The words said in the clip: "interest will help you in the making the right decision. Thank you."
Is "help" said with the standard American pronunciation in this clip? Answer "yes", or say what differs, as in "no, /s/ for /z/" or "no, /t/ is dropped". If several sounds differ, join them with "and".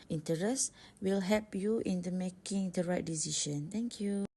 no, /l/ is dropped